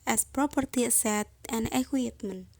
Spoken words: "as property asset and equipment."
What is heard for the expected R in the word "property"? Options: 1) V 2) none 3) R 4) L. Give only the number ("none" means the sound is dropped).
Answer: 3